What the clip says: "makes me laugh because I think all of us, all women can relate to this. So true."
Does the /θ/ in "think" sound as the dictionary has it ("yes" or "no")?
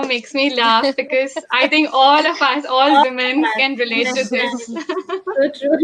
no